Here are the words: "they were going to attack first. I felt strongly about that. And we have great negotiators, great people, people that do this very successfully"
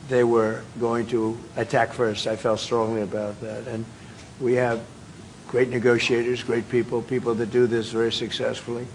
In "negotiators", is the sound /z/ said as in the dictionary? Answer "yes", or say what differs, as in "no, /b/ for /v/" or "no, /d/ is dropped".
yes